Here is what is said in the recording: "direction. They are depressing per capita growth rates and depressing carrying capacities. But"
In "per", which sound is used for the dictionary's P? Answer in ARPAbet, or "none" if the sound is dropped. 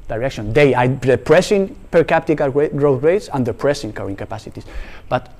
P